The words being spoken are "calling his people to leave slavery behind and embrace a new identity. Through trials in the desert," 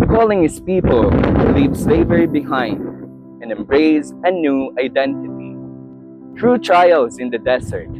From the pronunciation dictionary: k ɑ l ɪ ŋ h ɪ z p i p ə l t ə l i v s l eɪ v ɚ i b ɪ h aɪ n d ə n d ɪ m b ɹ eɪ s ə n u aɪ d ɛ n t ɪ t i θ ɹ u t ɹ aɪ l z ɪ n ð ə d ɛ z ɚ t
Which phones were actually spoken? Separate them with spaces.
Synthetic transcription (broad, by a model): k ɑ l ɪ ŋ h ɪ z p i p ə l l i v s l eɪ v ɚ i b ɪ h aɪ n d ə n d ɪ m b ɹ eɪ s ə n u aɪ d ɛ n t ɪ t i t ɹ u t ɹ aɪ l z ɪ n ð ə d ɛ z ɚ t